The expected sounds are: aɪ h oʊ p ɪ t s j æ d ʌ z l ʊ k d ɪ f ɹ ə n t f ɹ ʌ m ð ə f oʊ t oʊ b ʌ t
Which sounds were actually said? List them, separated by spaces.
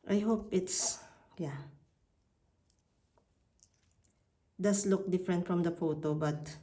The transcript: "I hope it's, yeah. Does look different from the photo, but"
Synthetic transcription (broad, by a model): aɪ h oʊ p ɪ t s j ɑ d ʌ s l ʊ k d ɪ f ɹ ə n t f ɹ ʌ m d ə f oʊ t oʊ b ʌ t